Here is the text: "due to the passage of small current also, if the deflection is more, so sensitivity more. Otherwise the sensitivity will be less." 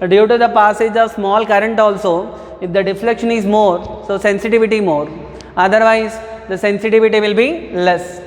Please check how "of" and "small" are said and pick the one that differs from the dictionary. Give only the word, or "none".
none